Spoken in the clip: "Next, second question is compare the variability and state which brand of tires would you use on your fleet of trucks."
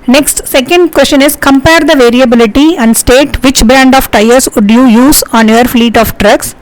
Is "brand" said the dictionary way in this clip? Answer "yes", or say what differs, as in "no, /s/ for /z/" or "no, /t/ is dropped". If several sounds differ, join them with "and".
no, /ɹ/ is dropped